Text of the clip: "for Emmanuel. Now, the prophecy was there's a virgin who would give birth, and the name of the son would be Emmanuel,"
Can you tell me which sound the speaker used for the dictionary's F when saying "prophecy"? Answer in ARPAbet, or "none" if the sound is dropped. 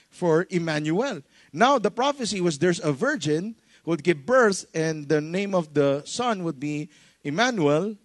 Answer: F